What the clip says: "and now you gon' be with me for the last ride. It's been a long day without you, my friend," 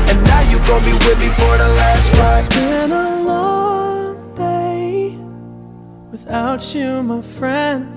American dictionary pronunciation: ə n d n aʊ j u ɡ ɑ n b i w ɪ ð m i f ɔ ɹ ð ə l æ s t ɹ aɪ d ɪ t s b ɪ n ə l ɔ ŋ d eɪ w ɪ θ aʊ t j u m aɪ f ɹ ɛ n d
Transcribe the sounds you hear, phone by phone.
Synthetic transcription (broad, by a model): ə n n aʊ j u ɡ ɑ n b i w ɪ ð m i f ɔ ɹ ð ə l æ s t w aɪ ɪ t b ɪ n ə l ɔ ŋ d eɪ w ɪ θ aʊ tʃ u m aɪ f ɹ ɛ n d